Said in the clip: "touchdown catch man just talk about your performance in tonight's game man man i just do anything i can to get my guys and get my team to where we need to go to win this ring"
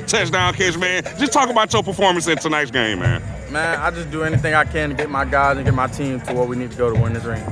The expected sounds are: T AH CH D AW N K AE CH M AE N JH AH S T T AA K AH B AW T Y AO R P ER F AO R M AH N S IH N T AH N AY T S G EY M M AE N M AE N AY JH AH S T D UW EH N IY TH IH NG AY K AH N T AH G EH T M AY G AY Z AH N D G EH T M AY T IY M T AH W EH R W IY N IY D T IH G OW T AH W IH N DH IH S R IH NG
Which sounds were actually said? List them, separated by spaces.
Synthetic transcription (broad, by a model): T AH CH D AW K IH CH M AE N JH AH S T T AA K AH B AW T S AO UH P ER F AO R M AH N S IH N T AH N AY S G EY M M AE N M AE N AY JH AH S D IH EH N IY TH IH NG AY K AH N G EH T M AY G AY Z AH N G EH T M AY T IY M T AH W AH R W IY N IY D T IH G OW T AH W IH N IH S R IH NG